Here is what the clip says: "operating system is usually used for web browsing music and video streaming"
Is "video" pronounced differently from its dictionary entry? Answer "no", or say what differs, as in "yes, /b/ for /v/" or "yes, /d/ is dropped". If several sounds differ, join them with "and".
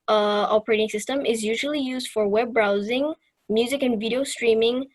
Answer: no